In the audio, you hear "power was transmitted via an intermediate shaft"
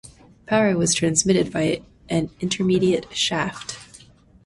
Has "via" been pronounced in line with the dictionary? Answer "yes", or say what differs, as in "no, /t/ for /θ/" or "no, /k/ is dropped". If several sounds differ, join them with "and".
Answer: no, /b/ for /v/